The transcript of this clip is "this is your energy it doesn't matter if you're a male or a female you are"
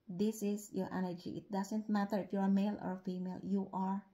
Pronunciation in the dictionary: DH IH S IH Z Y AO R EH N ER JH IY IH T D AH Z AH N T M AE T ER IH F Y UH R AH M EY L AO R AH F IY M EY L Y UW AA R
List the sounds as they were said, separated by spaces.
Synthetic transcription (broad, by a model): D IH S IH S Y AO R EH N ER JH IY IH T D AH S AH N T M AE T ER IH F Y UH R AH M EY L AO R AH F IY M EY L Y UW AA R